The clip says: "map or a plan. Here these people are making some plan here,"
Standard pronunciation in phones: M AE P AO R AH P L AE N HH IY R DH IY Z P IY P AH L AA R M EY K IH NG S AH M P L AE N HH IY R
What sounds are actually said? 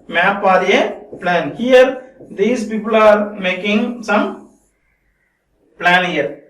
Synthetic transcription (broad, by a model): M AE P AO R AH P L AE N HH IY R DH IY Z P IY P AH L AA R M EY K IH NG S AH M P L AE N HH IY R